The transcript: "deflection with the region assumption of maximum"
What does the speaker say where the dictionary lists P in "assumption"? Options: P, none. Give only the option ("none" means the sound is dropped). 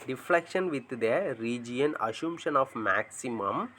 none